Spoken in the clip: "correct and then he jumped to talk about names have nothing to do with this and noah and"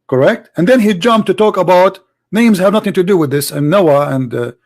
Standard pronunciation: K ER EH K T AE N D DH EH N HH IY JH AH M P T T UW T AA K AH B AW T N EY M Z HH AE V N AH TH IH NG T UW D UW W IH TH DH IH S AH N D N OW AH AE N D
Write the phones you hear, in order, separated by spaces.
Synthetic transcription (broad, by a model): K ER EH K T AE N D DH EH N HH IY JH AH M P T T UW T AA K AH B AW T N EY M Z HH AE V N AH TH IH NG T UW D UW W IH DH IH S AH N N OW AH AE N D